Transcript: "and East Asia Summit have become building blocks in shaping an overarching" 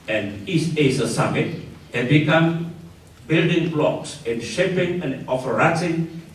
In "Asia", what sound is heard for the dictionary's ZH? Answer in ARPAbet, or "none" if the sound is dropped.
S